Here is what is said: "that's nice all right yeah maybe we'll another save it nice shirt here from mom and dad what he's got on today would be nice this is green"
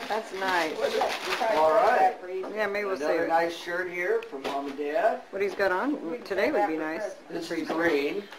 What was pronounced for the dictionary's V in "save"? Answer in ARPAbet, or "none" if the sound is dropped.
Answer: none